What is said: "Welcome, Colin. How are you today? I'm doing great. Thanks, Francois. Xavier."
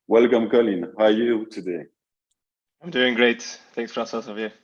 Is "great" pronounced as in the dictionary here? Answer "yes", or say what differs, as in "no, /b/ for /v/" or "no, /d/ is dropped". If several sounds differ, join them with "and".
yes